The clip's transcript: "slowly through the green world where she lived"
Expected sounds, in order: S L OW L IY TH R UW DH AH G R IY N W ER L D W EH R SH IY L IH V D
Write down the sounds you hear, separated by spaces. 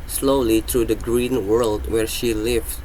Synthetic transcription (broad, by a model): S L OW L IY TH R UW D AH G R IY N W ER L D W EH R SH IY L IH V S